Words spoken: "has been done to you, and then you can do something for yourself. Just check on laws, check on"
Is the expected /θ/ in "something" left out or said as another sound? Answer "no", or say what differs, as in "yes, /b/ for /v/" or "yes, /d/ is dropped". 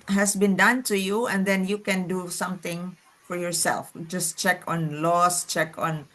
yes, /t/ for /θ/